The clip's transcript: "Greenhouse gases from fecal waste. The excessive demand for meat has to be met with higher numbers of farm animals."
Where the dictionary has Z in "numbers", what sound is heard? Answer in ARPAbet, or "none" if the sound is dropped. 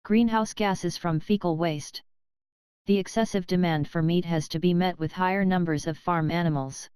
Z